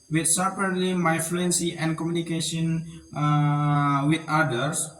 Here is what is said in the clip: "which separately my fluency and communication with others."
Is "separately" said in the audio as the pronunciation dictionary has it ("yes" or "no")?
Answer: no